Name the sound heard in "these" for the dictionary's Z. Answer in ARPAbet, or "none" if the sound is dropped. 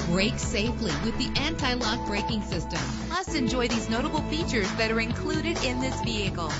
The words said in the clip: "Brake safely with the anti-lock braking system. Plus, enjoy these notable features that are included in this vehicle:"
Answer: Z